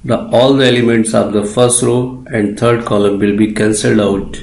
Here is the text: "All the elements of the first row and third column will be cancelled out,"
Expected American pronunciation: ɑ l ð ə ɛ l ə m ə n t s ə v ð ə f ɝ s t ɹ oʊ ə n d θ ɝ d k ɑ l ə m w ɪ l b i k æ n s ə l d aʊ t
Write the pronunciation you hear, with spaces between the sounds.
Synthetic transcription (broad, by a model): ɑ l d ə ɛ l ə m ə n t s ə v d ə f ɝ s t ɹ oʊ ə n d t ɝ d k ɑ l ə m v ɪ l b i k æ n s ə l d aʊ t